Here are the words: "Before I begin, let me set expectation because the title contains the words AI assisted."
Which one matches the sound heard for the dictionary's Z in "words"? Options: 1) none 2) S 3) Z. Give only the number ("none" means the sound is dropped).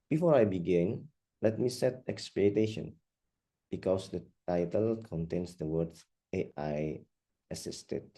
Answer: 1